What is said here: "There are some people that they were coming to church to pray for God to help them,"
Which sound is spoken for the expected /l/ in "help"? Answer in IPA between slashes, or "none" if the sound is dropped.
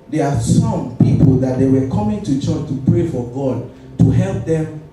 /l/